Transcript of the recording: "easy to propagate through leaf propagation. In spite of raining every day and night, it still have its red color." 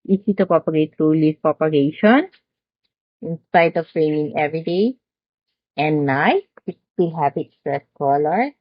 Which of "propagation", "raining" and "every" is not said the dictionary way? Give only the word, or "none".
propagation